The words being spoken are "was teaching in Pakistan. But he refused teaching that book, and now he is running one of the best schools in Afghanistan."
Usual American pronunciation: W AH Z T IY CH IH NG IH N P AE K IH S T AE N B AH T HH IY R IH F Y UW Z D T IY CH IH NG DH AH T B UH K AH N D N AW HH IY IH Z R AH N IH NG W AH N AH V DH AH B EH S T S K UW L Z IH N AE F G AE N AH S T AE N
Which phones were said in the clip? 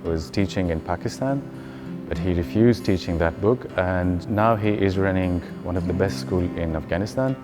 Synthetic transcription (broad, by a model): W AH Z T IY CH IH NG IH N P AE K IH S T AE N B AH T HH IY R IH F Y UW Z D T IY CH IH NG DH AH T B UH K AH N N AW HH IY IH Z R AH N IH NG W AH N AH V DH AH B EH S T S K UW L IH N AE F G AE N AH S T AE N